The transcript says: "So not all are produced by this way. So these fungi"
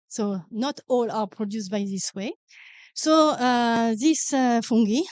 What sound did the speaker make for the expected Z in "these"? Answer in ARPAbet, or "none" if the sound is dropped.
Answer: S